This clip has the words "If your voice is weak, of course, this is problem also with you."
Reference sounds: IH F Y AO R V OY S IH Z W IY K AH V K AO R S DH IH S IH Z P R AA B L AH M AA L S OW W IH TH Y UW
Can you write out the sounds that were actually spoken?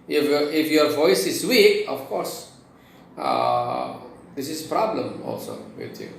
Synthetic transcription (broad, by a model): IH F Y AO R V OY S IH Z W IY AH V K AO R S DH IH S IH Z P R AA B L AH M AA L S OW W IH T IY